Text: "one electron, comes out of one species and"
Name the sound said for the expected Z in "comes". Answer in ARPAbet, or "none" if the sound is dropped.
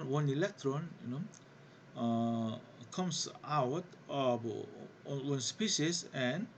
S